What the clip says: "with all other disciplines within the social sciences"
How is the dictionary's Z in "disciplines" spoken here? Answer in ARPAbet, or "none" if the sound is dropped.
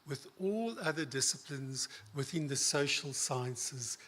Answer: Z